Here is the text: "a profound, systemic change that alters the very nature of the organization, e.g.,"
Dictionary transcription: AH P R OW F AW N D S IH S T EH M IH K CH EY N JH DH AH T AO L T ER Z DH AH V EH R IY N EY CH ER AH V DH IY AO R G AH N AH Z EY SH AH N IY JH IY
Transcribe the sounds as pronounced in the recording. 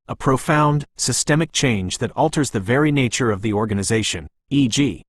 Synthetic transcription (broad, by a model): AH P R OW F AW N D S IH S T EH M IH K CH EY N JH DH AH T AO L T ER Z DH AH V EH R IY N EY CH ER AH V DH IY AO R G AH N AH Z EY SH AH N IY JH IY